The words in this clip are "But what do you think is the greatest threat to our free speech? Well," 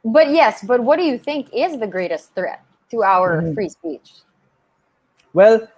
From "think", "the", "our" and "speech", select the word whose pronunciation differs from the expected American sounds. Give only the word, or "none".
none